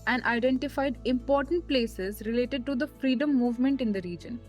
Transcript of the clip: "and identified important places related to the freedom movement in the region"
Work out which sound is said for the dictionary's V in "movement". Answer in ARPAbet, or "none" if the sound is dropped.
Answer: V